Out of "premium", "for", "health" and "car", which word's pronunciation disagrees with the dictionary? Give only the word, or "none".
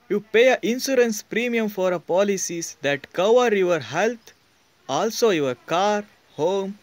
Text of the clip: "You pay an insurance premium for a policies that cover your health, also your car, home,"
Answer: health